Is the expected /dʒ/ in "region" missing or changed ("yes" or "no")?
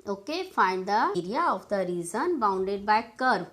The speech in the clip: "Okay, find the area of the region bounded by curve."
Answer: yes